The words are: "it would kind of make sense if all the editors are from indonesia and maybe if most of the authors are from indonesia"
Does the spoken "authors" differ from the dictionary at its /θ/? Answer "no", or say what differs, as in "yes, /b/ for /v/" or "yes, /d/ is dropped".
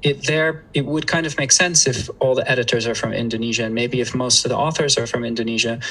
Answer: no